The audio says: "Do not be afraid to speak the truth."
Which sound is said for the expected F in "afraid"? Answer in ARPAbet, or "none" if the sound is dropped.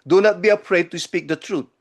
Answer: P